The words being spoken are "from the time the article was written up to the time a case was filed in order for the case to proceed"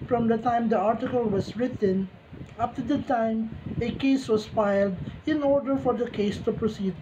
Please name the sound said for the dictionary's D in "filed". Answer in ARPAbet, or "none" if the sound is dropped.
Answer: D